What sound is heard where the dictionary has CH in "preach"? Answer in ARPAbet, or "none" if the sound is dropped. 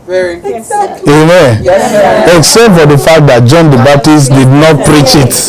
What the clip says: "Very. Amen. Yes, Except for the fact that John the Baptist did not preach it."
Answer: CH